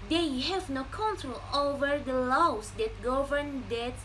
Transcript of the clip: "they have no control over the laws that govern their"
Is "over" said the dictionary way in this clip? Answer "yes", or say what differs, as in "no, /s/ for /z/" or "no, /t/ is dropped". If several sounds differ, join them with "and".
yes